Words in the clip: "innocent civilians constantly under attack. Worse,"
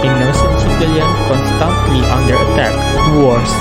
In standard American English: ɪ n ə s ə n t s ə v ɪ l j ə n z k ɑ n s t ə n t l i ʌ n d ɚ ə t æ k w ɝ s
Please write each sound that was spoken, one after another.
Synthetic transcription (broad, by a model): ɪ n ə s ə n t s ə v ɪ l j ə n k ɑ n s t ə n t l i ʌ n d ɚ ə t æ k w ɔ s